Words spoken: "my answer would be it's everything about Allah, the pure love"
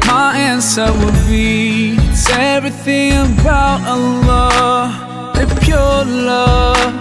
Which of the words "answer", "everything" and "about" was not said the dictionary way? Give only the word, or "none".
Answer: none